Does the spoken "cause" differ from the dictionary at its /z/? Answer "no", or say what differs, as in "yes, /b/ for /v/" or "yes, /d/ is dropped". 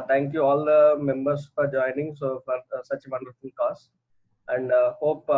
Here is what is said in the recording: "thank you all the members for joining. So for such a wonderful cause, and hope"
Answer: yes, /s/ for /z/